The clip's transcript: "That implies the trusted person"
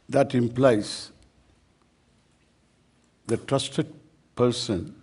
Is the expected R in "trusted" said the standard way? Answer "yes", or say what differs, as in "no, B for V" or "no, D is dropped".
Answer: yes